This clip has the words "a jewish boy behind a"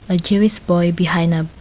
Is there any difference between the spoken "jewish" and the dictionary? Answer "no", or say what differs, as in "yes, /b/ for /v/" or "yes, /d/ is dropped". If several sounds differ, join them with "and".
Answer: yes, /s/ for /ʃ/